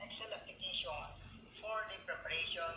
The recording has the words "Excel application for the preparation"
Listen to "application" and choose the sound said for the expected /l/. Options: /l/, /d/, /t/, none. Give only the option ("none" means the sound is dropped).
none